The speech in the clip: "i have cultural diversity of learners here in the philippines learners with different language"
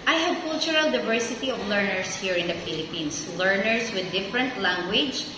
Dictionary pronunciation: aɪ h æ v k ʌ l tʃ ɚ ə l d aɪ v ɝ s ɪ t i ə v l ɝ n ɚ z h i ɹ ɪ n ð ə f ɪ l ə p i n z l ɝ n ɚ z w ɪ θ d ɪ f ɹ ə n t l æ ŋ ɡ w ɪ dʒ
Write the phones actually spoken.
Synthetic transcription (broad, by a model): aɪ h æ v k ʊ l tʃ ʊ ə l d aɪ v ɝ s ɪ t i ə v l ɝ n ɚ s h i ɹ ɪ n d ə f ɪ l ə p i n s l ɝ n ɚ s w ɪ d ɪ f ɹ ə n t l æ ŋ ɡ w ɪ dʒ